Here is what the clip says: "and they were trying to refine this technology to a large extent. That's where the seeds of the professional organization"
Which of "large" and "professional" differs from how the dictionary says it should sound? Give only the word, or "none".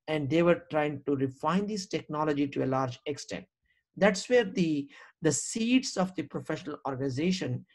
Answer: none